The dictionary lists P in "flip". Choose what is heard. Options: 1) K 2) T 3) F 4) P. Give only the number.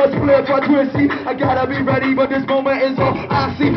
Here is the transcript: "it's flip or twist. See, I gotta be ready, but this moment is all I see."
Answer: 3